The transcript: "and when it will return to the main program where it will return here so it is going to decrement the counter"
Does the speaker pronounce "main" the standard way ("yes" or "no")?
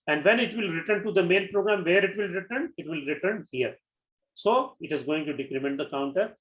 no